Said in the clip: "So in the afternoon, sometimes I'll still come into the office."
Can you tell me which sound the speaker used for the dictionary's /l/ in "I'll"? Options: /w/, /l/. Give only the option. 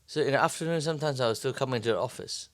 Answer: /w/